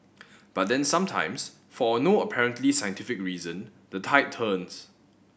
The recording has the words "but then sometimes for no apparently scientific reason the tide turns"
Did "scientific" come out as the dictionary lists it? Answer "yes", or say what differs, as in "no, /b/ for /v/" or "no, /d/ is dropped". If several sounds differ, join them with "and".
yes